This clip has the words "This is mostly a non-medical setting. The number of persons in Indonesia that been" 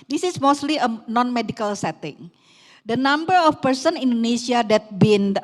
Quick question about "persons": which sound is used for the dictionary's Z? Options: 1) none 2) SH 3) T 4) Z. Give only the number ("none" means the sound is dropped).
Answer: 1